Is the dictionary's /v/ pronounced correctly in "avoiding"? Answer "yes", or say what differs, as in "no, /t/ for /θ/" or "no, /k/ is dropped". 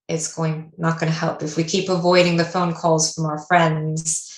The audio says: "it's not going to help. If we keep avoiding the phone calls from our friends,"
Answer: yes